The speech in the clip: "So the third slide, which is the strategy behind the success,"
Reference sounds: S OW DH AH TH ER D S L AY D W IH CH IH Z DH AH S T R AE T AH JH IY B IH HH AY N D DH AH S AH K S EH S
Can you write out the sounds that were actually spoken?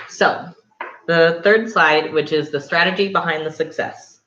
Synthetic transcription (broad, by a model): S OW DH AH TH ER D S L AY D W IH CH IH Z DH AH S T R AE T AH JH IY B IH HH AY N DH AH S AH K S EH S